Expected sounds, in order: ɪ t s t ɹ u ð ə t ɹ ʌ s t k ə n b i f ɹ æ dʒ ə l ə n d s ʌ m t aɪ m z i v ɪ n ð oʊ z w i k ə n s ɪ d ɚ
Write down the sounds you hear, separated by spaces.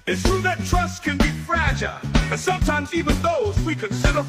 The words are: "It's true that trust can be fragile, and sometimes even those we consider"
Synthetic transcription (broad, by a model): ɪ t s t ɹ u ð ə t ɹ ʌ s t k ə n b i f ɹ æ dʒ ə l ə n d s ʌ m t aɪ m z i v ɪ n ð oʊ z w i k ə n s ɪ d ɚ